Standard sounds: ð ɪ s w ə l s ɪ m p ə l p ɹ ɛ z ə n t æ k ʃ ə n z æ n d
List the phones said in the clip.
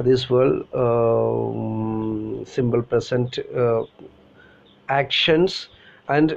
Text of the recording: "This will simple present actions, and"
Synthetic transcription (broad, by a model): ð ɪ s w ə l s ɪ m b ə l p ɹ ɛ s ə n t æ k ʃ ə n s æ n d